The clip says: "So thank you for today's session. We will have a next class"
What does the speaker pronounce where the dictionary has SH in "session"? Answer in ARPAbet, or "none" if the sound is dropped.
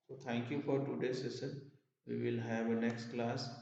S